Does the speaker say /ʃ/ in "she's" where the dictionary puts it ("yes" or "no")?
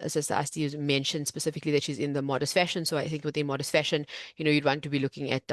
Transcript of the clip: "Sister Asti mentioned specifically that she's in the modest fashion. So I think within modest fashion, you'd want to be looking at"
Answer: yes